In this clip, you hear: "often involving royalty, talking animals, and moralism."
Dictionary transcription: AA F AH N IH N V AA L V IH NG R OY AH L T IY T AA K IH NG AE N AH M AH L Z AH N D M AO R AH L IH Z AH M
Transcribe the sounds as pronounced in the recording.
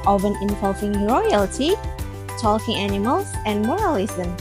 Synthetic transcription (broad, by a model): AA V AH N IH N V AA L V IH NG R OY AH L T IY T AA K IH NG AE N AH M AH L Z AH N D M AO R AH L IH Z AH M